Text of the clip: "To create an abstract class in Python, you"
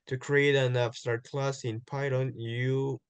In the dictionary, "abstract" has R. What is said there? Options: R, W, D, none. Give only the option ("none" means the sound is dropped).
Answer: none